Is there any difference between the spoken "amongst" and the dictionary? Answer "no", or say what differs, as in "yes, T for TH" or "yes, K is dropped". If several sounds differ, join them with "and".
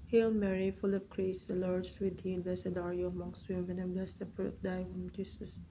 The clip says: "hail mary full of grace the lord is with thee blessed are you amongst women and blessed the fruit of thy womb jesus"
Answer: no